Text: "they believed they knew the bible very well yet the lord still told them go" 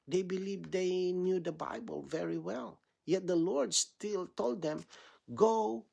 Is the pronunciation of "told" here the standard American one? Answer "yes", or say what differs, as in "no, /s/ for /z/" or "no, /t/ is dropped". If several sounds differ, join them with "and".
yes